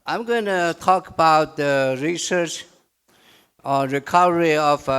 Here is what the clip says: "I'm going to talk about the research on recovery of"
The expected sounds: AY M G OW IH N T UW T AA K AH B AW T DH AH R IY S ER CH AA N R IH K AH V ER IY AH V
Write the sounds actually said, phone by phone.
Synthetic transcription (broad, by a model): AY M G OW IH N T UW T AA K AH B AW T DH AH R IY S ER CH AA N R IH K AH V ER IY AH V